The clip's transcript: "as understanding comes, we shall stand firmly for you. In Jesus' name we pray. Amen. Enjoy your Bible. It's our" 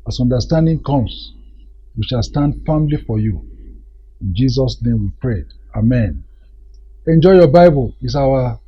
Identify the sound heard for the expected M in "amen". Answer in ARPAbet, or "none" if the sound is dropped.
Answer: M